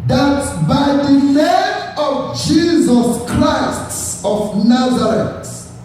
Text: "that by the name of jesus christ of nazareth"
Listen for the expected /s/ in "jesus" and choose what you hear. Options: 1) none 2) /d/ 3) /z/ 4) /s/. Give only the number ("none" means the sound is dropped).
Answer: 4